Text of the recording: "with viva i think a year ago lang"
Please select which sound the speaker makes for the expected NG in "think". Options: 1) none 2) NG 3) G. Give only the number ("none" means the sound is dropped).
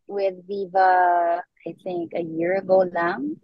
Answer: 2